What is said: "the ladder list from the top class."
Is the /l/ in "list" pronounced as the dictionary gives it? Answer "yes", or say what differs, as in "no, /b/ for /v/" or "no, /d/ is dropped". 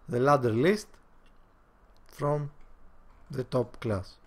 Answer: yes